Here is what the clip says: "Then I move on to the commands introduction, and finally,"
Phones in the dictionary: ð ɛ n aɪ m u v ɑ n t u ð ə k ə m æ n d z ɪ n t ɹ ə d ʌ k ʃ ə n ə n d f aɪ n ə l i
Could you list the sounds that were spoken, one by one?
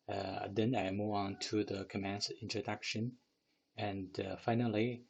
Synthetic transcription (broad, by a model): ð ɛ n aɪ m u ɑ n t u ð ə k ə m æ n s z ɪ n t ɹ ə d ʌ k ʃ ə n ə n d f aɪ n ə l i